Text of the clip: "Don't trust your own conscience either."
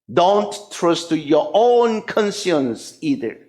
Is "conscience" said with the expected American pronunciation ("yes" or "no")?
no